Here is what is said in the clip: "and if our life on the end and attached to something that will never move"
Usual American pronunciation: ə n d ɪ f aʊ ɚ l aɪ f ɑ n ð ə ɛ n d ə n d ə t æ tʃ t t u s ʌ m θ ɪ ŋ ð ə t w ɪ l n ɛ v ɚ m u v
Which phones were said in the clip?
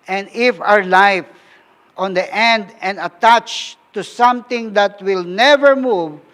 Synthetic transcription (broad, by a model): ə n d ɪ f aʊ ɚ l aɪ f ɑ n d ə ɛ n d ə n d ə t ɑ tʃ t t u s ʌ m t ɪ ŋ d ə t w ɪ l n ɛ v ɚ m u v